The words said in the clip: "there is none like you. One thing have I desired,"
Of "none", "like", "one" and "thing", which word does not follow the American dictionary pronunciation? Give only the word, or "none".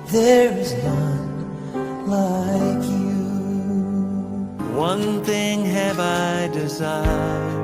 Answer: none